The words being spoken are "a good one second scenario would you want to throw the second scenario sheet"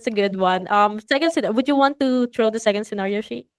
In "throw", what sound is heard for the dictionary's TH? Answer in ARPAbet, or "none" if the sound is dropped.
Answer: T